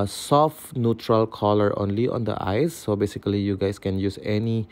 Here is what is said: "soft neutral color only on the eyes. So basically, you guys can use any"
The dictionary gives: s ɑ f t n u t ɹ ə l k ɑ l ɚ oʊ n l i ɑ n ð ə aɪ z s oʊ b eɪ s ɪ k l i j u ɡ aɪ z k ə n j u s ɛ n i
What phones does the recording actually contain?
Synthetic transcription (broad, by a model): s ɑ f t n u t ɹ ə l k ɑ l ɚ oʊ n l i ɑ n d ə aɪ s oʊ b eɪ s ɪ k l i j u ɡ aɪ s k ə n j u s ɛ n i